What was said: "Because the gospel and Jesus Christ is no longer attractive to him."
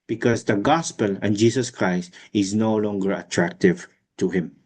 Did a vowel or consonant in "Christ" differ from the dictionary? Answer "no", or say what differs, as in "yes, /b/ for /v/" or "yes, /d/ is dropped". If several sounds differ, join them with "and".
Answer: no